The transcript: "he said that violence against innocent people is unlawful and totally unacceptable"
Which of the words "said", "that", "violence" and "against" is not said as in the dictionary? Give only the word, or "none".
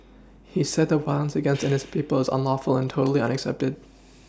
violence